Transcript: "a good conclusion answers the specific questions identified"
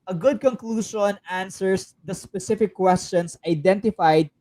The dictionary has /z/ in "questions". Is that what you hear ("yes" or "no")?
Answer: no